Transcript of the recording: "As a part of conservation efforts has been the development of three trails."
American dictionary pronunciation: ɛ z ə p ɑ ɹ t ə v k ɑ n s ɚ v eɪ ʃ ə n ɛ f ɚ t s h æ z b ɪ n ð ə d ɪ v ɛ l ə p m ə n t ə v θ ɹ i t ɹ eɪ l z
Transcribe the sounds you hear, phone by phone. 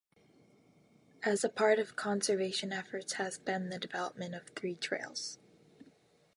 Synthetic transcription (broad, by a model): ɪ z ə p ɑ ɹ t ə v k ɑ n s ɚ v eɪ ʃ ə n ɛ f ɚ t s h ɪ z b ɪ n ð ə d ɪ v ɛ l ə p m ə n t ə v θ ɹ i t ɹ eɪ l z